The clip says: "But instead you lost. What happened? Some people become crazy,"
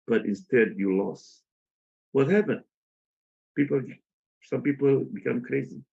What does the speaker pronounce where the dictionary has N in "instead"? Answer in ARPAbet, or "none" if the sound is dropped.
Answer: N